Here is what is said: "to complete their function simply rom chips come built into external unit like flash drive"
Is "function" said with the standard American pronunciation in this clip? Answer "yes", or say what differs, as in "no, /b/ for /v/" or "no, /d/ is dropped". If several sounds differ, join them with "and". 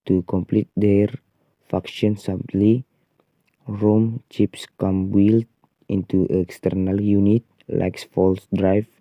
no, /ŋ/ is dropped